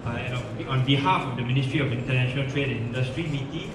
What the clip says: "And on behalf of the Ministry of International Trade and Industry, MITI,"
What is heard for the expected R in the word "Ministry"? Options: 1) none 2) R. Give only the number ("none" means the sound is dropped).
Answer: 2